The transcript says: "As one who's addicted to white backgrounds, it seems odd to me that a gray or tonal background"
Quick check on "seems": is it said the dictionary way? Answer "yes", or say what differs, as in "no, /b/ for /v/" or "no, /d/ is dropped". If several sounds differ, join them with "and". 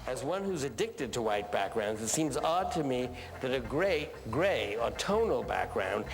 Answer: yes